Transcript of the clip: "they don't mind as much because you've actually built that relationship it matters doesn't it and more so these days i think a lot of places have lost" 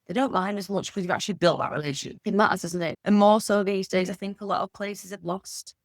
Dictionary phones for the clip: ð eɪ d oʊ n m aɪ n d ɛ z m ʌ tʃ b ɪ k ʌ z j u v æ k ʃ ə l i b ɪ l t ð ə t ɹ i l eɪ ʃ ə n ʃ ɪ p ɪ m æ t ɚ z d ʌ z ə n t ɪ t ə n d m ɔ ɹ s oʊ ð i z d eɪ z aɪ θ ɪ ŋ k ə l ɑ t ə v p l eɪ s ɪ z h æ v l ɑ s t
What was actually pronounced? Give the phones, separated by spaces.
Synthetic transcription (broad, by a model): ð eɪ d oʊ n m aɪ n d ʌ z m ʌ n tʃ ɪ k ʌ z j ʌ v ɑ k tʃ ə l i b ɪ l t ð ə t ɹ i l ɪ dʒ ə n ɪ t m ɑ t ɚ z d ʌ z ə n t ɪ t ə n m ɔ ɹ s oʊ ð i z d eɪ z aɪ θ ɪ ŋ k ə l ɑ t ə v p l eɪ s ɪ z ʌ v l ɑ s t